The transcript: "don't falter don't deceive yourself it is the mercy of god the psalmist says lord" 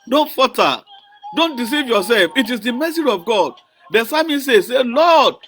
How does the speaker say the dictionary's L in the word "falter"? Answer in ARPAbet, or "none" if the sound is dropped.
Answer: none